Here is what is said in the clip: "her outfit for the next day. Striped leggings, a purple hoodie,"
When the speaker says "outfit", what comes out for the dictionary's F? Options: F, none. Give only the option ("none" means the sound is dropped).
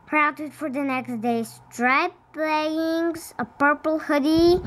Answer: none